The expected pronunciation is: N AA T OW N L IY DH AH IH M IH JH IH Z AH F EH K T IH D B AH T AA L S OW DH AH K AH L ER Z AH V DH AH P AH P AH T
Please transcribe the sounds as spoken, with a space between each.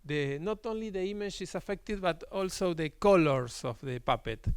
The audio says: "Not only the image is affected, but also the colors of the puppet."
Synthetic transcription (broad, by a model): N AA T OW N L IY DH AH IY M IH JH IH S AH F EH K T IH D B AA T AA L S OW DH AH K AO L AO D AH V DH AH P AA P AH T